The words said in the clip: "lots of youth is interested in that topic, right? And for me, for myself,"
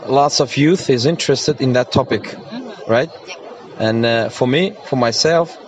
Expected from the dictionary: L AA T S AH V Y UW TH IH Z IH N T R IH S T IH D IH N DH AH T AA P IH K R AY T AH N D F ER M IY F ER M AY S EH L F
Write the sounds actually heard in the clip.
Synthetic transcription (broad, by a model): L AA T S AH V Y UW TH IH Z IH N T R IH S T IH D IH N DH AH T AA P IH K R AY T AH N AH F ER M IY F ER M AY S EH L F